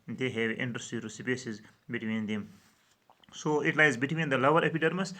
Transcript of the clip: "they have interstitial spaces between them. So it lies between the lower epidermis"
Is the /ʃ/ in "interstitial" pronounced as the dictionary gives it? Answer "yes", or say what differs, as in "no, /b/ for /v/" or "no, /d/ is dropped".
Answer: no, /s/ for /ʃ/